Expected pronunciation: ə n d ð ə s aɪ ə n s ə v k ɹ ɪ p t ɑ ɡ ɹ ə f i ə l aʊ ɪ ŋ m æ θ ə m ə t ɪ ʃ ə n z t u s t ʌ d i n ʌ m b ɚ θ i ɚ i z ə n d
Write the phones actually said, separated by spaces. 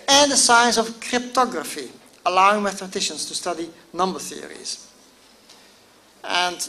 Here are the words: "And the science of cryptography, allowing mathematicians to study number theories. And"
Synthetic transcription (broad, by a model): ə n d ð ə s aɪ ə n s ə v k ɹ ɪ p t ɑ ɡ ɹ ə f i ə l aʊ ɪ ŋ m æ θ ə m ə t ɪ ʃ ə n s t u s t ʌ d i n ʌ m b ɚ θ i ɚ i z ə n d